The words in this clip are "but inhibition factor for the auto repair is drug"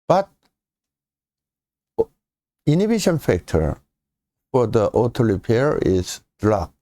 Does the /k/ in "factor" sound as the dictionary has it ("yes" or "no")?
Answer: yes